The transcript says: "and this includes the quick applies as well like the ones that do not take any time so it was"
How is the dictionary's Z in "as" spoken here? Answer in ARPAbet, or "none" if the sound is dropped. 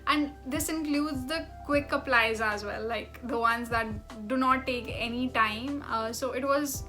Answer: Z